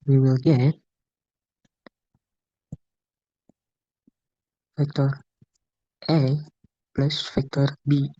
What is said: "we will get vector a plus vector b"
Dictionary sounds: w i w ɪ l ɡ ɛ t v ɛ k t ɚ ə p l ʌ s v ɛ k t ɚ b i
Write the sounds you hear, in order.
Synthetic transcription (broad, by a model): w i w ɪ l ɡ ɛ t f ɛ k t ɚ ə p l ʌ s f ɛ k t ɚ b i